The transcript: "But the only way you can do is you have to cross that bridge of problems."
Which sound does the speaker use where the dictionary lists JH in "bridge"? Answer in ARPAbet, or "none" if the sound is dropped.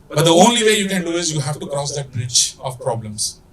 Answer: CH